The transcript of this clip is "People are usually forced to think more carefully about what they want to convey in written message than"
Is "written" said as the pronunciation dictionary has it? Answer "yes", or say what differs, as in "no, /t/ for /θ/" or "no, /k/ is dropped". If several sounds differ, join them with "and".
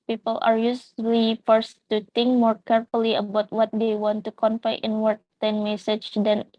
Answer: no, /w/ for /ɹ/